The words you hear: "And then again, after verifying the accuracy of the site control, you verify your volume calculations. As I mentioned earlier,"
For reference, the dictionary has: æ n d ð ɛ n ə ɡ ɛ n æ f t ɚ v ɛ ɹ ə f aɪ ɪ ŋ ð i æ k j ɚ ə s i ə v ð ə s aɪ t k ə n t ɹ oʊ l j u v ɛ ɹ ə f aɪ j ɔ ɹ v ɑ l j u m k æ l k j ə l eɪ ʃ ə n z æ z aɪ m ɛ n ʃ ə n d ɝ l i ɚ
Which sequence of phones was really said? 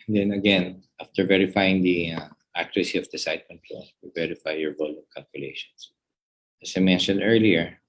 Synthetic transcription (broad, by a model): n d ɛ n ə ɡ ɛ n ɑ f t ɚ v ɛ ɹ ə f aɪ ɪ ŋ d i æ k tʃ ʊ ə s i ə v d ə s aɪ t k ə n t l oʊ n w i v ɛ ɹ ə f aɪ j ɔ ɹ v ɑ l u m k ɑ l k j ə l eɪ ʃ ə n s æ s aɪ m ɛ n ʃ ə n d ɝ l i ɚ